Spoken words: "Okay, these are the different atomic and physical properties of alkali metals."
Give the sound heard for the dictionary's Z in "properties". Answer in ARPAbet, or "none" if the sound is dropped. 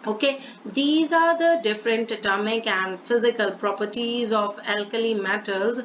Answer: Z